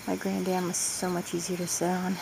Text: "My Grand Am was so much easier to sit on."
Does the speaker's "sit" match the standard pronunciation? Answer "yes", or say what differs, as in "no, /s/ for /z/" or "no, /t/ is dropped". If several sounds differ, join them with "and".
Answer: no, /t/ is dropped